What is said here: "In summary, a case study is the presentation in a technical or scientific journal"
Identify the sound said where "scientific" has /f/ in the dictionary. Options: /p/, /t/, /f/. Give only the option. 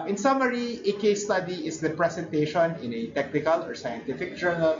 /f/